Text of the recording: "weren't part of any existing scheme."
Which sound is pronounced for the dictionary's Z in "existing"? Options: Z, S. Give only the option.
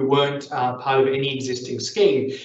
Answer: Z